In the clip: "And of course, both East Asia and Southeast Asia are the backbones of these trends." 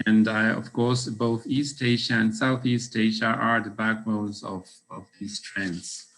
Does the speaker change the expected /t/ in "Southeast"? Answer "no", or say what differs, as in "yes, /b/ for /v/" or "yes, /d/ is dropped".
no